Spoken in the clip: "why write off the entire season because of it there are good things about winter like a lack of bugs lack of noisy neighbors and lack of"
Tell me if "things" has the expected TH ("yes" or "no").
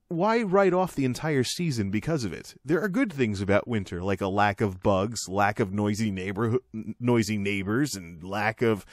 yes